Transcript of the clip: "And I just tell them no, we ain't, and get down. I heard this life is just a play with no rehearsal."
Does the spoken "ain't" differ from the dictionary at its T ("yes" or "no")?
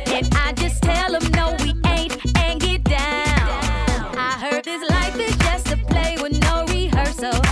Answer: no